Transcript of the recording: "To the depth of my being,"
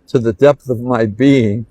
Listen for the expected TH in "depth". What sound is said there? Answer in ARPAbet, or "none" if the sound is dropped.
TH